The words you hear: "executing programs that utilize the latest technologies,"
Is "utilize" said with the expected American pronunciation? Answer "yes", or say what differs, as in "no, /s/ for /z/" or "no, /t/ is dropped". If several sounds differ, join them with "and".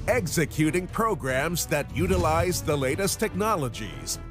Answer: yes